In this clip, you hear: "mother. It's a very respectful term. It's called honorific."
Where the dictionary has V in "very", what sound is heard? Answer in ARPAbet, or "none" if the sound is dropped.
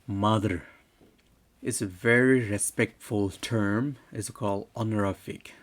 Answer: V